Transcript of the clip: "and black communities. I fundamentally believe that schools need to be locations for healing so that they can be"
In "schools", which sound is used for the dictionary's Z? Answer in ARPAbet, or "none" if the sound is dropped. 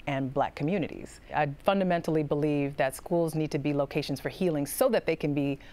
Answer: Z